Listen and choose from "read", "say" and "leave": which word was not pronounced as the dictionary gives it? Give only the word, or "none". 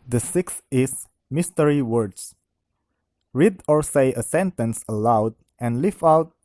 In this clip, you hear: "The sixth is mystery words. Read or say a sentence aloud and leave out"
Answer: leave